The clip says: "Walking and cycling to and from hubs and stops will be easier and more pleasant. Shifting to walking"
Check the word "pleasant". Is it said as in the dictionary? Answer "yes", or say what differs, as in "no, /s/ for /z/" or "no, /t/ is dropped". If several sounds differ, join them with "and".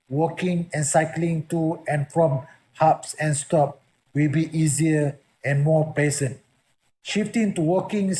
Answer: no, /l/ is dropped and /s/ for /z/